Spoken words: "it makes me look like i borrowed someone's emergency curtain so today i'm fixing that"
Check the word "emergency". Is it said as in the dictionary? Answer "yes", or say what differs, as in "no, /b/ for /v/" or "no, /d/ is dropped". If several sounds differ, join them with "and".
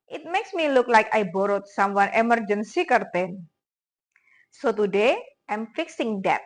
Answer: yes